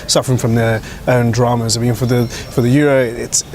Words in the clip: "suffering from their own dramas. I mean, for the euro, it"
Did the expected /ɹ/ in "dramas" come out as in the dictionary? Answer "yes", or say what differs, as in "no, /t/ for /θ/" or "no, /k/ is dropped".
yes